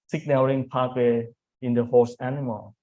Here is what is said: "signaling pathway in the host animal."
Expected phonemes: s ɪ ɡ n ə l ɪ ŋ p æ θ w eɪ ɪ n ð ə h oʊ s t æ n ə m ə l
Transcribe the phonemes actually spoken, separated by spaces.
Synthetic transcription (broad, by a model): s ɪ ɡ n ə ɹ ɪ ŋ p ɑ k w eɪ ɪ n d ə h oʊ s æ n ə m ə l